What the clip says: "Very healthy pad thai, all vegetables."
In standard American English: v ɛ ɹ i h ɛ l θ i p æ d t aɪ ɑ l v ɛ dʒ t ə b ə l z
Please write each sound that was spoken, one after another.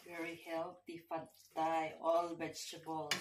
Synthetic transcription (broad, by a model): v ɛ ɹ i h ɛ l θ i f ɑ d t aɪ ɑ l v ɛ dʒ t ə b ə l